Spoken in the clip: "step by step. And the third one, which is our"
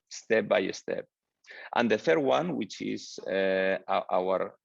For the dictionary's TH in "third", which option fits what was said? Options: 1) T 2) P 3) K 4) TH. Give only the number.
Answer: 4